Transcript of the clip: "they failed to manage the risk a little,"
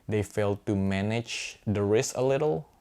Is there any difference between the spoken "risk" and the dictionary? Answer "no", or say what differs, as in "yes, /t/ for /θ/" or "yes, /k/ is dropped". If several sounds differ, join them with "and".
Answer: yes, /k/ is dropped